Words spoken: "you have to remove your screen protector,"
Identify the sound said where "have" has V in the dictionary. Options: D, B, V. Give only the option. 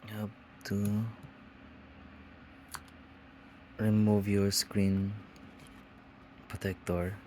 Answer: B